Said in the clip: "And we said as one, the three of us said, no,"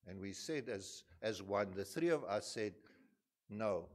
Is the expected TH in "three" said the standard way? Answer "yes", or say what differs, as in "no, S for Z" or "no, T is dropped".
yes